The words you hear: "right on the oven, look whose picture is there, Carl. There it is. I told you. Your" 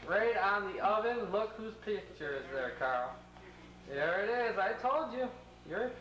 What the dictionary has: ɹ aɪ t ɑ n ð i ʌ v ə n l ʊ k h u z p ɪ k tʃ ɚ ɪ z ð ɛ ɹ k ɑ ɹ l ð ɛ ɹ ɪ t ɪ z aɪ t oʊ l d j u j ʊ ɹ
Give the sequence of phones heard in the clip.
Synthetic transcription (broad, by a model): ɹ aɪ t n ð i ʌ v ə n l ʊ k h u z p ɪ k tʃ ɚ ɪ z ð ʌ ɹ k ɑ ɹ l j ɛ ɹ ɪ t ɪ z aɪ t oʊ l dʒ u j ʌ ɹ